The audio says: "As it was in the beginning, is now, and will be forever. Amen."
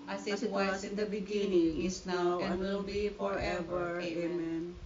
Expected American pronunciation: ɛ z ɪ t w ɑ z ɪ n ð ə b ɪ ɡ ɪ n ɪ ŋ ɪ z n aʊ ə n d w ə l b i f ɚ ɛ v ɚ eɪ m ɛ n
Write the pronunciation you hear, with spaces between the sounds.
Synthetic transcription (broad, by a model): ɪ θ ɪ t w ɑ s ɪ n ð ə b ɪ ɡ ɪ n ɪ ŋ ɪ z n aʊ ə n w ə l b i f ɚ ɛ v ɚ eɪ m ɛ n